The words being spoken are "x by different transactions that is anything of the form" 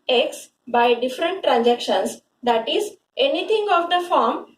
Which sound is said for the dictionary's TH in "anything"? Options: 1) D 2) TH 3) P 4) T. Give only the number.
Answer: 4